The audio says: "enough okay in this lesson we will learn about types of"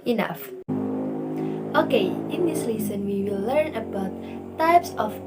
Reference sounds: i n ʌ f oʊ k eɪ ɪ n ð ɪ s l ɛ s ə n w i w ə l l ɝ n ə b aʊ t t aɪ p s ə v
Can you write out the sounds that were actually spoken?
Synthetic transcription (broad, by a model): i n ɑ f oʊ k eɪ ɪ n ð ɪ s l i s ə n w i w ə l l ɝ n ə b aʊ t t aɪ p s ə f